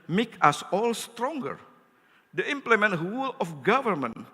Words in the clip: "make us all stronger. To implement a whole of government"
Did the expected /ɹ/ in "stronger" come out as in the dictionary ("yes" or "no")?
yes